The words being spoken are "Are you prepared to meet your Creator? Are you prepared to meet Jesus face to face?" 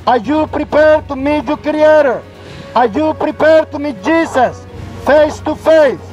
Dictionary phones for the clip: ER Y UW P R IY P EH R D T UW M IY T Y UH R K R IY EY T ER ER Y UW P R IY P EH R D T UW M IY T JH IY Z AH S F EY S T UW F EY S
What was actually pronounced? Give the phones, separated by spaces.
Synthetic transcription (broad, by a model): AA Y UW P R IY P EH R D T UW M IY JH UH K R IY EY T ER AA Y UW P R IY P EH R D T UW M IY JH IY S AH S F EY S T UW F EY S